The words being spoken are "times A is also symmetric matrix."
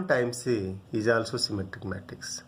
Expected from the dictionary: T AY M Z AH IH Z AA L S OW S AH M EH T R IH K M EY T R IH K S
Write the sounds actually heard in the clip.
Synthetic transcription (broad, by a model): T AY M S AH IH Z AA L S OW S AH M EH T IH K M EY T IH K S